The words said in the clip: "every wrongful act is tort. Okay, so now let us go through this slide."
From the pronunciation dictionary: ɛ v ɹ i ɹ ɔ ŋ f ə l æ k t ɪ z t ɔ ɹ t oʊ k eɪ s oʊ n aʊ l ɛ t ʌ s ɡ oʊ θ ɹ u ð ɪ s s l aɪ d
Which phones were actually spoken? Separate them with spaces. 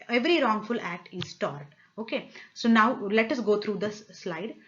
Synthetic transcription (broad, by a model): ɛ v ɹ i ɹ ɔ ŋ f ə l æ k t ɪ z t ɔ ɹ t oʊ k eɪ s oʊ n aʊ l ɛ t ʌ s ɡ oʊ t ɹ u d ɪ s s l aɪ d